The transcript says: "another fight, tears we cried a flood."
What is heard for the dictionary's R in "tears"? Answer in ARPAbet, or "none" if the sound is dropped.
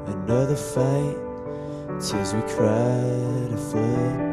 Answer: L